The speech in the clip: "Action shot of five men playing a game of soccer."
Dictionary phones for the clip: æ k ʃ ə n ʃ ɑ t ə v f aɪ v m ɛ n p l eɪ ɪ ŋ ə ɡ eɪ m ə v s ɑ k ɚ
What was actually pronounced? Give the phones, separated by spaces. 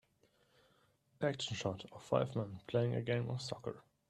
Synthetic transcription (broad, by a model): æ k ʃ ə n ʃ ɑ t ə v f aɪ v m ɛ n p l eɪ ɪ ŋ ə ɡ eɪ m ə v s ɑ k ɚ